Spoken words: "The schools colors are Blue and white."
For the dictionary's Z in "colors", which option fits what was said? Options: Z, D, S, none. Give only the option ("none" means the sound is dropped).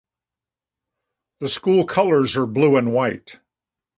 Z